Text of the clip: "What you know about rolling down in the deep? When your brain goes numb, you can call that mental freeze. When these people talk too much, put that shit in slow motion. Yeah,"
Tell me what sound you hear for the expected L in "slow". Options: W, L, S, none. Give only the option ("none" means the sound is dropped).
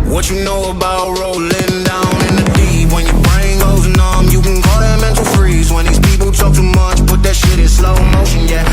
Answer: L